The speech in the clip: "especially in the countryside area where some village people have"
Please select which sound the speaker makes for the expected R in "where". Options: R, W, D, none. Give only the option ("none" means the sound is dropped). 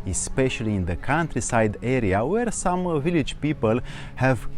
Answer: R